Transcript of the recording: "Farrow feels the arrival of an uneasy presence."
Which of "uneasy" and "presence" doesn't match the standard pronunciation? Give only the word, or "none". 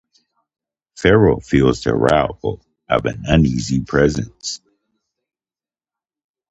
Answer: none